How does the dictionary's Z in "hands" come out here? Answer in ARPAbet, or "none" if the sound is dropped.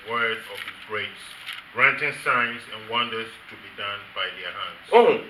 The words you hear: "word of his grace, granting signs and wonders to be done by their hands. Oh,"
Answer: S